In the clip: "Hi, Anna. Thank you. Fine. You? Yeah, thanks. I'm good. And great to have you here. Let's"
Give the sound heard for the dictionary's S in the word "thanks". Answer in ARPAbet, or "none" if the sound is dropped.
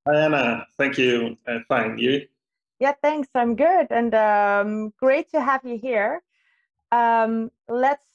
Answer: S